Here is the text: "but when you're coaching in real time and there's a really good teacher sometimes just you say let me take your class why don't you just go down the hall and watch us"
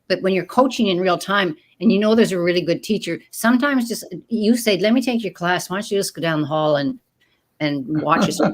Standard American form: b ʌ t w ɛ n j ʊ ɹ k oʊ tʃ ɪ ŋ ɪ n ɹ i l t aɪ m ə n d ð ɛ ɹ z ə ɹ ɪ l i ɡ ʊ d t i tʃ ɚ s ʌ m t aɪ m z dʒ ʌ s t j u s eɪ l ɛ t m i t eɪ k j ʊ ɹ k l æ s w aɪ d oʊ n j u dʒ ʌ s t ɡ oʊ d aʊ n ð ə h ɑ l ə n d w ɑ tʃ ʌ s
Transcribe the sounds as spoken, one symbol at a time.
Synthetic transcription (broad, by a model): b ʌ t w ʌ n j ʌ ɹ k oʊ tʃ ɪ ŋ ɪ n ɹ i l t aɪ m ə n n ð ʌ ɹ z ə ɹ ɪ l i ɡ ʊ d t i tʃ ɚ s ʌ m t aɪ m z dʒ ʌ s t j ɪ s eɪ l ɛ t m i t eɪ k j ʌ ɹ k l æ s w aɪ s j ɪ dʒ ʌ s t ɡ oʊ d aʊ n ð ə h ɑ l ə n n w ɑ tʃ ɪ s